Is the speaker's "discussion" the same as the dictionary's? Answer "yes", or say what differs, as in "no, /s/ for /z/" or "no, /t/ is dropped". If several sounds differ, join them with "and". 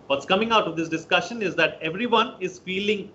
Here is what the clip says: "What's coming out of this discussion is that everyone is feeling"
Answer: yes